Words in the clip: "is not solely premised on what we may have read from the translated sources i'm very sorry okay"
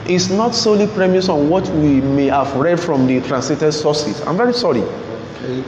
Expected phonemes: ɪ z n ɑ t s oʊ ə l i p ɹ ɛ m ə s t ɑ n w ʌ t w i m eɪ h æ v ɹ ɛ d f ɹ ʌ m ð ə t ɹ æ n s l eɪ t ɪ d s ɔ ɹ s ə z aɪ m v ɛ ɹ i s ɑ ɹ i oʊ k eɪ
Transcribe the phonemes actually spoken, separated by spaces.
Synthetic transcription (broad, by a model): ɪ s n ɑ t s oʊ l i p ɹ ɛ m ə s ɑ n w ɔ t w i m eɪ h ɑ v ɹ ɛ d f ɹ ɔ m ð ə t ɹ æ n s l eɪ t ɪ d s ɔ s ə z aɪ m v ɛ ɹ i s ɑ ɹ i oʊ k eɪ